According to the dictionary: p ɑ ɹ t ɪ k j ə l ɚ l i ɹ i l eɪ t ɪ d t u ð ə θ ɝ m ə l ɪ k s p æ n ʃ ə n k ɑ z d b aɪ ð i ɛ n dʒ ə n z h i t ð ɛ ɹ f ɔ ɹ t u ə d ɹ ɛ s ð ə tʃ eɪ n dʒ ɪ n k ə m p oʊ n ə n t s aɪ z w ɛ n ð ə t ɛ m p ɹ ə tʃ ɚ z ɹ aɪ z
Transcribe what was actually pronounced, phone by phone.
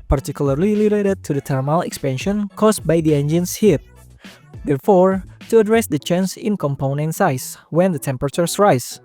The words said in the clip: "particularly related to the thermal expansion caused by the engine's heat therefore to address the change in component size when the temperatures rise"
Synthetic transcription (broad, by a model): p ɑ ɹ t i k j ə l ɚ l i l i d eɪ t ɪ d t u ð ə t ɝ m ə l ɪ k s p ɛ n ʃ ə n k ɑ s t b aɪ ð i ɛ n dʒ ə n s h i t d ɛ ɹ f ɔ ɹ t u ə d ɹ ɛ s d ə tʃ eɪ n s ɪ n k ə m p oʊ n ə n t s aɪ s w ɛ n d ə t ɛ m p ɹ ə tʃ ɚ s ɹ aɪ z